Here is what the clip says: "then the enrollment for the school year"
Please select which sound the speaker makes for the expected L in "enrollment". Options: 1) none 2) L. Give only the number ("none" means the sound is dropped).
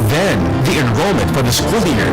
2